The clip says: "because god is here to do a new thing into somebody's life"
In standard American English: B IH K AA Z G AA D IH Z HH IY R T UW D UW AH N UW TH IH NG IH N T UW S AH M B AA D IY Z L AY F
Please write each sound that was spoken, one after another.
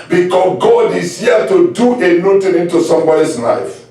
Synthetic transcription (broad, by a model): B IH K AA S G AA D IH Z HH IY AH T UW D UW AH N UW T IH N IH N T UW S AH M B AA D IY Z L AY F